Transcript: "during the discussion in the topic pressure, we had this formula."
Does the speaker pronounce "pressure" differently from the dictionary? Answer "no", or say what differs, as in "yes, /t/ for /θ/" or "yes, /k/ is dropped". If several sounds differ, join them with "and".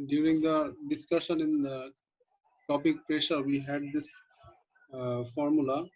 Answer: no